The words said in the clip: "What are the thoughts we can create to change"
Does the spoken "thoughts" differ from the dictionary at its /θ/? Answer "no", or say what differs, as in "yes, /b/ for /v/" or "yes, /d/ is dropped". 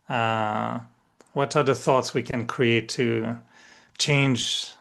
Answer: no